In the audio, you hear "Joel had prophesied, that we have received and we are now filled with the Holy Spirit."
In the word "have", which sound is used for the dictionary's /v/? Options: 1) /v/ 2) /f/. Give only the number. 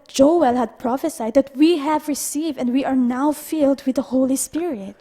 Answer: 1